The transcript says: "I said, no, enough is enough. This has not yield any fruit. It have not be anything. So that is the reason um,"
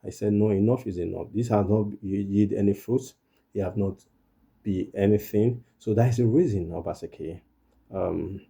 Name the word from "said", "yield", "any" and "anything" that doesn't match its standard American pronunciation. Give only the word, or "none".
yield